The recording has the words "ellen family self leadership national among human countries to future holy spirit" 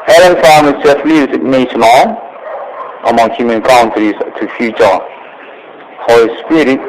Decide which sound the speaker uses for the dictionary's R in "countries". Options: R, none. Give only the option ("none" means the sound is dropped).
none